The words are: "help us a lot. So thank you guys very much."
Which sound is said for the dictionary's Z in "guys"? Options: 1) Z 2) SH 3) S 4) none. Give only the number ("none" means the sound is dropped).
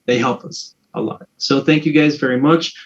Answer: 1